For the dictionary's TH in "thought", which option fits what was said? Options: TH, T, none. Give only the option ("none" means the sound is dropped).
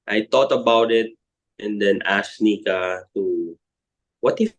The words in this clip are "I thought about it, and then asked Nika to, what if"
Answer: T